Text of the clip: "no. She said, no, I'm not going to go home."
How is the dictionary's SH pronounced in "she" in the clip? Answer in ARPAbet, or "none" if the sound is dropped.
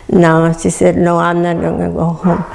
S